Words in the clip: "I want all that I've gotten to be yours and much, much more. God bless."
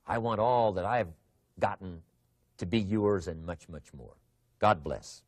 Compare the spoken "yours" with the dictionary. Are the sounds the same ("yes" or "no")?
yes